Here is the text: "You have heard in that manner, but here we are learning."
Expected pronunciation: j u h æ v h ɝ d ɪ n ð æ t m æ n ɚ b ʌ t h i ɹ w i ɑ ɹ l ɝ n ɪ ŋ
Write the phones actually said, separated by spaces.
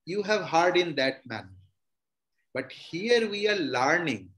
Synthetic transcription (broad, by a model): j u h æ v h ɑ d ɪ n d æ t m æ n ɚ b ʌ t h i ɹ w i ɑ ɹ l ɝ n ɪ ŋ